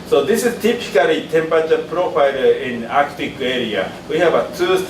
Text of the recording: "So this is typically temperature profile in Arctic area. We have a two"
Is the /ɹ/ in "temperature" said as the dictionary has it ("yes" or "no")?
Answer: no